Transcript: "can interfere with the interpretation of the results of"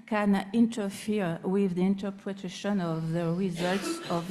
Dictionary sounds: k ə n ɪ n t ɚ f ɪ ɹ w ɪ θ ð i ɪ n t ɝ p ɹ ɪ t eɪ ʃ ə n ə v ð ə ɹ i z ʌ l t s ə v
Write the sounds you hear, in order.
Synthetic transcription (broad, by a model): k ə n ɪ n t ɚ f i ɹ w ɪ ð i ɪ n t ɝ p ɹ ɪ t eɪ ʃ ə n ə v ð ə ɹ i z ʌ l t s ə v